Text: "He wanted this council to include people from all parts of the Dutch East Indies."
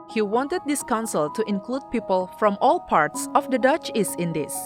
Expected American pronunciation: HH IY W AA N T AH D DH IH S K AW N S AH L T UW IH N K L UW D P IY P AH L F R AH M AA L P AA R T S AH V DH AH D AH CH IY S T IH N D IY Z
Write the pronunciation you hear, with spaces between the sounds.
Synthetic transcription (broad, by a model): HH IY W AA N T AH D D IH S K AW N S AH L T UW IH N K L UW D P IY P AH L F R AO M AA L P AA R T S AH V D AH D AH CH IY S IH N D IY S